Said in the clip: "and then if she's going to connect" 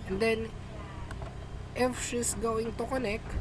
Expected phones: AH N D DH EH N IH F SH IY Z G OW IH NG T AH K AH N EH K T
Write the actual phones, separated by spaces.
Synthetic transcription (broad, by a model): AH N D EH N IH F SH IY S G OW IH NG T AH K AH N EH K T